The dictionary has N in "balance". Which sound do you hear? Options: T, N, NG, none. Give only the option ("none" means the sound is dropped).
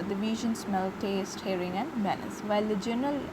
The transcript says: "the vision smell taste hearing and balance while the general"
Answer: none